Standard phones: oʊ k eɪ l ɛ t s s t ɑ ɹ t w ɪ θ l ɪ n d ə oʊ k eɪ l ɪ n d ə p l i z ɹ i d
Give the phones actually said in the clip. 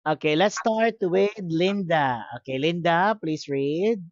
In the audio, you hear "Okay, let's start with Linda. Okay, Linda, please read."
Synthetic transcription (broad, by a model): oʊ k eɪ l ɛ t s s t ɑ ɹ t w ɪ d l ɪ n d ə oʊ k eɪ l ɪ n d ə p l i s ɹ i d